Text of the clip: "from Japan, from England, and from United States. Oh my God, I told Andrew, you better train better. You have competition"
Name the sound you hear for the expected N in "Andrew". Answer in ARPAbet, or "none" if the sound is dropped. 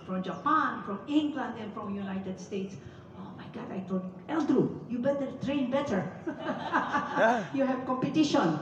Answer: L